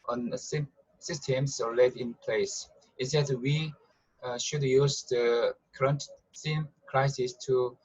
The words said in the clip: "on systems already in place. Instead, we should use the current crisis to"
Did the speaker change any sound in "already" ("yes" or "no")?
yes